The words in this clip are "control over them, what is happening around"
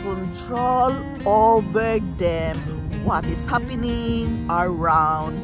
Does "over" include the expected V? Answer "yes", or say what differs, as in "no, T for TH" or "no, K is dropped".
no, B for V